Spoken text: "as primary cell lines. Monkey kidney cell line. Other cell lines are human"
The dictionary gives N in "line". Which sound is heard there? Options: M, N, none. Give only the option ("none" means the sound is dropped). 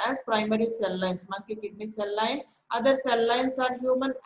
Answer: N